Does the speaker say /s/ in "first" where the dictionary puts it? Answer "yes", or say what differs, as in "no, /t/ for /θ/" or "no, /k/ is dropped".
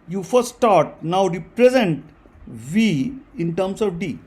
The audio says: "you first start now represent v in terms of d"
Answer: no, /s/ is dropped